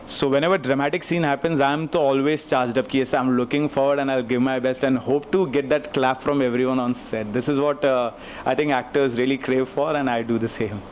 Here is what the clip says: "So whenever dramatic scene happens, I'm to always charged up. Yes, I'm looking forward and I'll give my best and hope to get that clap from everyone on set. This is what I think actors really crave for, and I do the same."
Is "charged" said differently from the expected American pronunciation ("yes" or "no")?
no